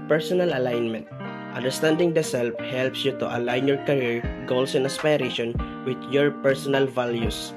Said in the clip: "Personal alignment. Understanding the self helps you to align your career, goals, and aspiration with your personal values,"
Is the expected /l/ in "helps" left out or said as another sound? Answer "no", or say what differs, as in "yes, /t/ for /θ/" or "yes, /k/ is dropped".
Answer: no